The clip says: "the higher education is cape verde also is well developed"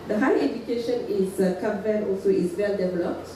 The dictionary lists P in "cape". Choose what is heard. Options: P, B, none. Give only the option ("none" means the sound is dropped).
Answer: B